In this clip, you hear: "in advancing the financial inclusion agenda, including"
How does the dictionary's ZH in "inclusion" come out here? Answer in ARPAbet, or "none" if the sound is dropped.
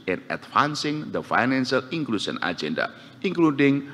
SH